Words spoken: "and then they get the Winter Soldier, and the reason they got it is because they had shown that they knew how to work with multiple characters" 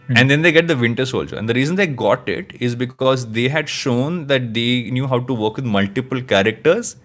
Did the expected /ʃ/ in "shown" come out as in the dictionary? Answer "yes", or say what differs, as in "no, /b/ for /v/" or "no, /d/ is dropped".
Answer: yes